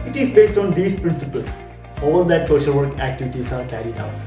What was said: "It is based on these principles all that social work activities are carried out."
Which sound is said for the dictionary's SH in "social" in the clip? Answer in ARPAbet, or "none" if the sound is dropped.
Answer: SH